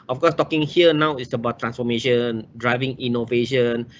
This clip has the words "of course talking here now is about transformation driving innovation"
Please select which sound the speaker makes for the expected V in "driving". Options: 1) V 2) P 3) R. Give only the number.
1